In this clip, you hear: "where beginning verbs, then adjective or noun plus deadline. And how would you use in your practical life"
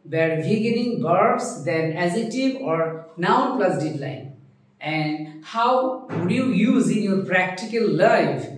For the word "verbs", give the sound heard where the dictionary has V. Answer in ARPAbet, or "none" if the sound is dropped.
B